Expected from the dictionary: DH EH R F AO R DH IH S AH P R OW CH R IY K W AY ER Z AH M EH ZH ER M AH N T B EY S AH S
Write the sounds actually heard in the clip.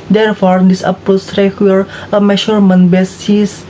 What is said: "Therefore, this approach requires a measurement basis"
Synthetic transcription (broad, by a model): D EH R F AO R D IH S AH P OW S R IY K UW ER AH M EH SH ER M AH N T B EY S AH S